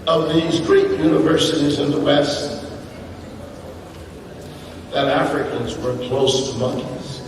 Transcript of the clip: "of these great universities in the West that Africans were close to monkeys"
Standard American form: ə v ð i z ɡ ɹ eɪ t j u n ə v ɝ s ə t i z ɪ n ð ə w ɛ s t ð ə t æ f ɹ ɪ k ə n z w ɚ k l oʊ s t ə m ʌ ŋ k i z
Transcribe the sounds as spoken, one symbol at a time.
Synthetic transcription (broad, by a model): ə v ð i z ɡ ɹ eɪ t j u n ə v ɝ s ə t i z ɪ n ð ə w ɛ s t ð ə t æ f ɹ ɪ k ə n z w ɚ k l oʊ s t ə m ʌ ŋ k i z